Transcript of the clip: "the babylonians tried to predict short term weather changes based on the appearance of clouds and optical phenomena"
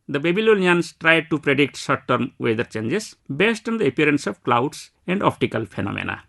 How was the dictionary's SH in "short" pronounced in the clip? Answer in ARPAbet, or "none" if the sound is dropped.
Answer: S